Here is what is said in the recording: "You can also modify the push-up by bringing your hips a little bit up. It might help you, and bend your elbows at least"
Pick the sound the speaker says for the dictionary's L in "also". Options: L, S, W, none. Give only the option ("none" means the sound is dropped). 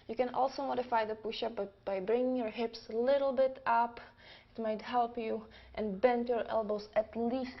L